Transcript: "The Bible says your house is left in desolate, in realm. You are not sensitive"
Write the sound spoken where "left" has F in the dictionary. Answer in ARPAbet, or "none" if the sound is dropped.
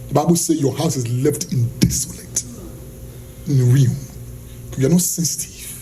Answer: F